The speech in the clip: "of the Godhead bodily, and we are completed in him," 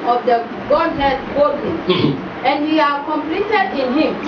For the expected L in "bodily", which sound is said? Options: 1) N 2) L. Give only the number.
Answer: 1